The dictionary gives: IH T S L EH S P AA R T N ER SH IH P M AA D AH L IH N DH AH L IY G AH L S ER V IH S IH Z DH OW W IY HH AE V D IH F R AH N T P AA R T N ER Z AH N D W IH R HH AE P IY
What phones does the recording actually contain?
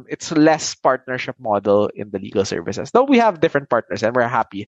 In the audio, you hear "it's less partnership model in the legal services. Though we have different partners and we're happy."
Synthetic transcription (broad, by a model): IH T S L EH S P AA R T N ER SH IH P M AA D AH L IH N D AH L IY G AH L S ER V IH S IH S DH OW W IY HH AE V D IH F R AH N T P AA R T N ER S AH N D W IH R HH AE P IY